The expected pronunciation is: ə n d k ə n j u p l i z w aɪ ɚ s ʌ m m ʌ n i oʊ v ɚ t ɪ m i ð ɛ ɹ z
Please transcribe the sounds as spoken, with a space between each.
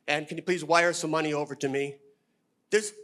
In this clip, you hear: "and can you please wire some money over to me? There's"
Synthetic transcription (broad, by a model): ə n k ə n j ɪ p l i z w aɪ ɚ s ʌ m m ʌ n i oʊ v ɚ t ɪ m i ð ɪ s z